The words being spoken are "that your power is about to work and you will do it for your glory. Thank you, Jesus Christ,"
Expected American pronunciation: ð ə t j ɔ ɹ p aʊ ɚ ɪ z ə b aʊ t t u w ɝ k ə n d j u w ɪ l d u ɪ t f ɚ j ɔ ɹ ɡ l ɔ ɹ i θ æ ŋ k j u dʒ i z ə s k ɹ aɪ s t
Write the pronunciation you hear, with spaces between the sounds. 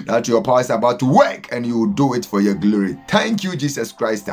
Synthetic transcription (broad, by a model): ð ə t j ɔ p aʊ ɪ s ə b aʊ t t u w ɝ k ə n j u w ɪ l d u ɪ t f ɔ j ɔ ɡ l ɔ ɹ i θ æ ŋ k j u dʒ i s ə s k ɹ aɪ s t